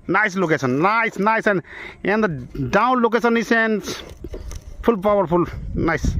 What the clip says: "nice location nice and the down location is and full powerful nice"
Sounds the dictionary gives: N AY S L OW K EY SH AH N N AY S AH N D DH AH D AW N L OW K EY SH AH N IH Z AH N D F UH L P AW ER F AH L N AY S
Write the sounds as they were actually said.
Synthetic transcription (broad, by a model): N AY S L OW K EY S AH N N AY S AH N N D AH D AW N L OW K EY S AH N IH S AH N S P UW L P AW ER P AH L N AY S